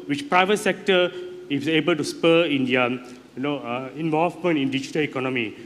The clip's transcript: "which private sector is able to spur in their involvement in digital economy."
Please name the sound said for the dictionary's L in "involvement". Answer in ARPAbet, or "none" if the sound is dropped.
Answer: none